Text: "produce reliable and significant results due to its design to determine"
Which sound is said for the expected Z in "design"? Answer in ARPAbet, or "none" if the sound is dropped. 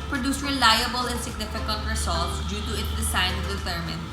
S